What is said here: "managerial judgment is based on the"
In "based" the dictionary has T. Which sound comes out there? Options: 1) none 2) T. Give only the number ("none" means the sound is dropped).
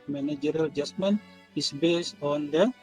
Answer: 1